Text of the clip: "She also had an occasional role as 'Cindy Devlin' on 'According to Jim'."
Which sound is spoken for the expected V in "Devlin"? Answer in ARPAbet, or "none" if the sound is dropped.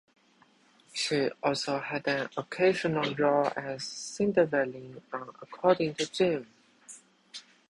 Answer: none